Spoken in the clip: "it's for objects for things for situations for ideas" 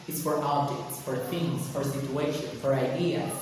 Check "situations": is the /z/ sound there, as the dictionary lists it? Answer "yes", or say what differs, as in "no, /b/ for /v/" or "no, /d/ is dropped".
no, /z/ is dropped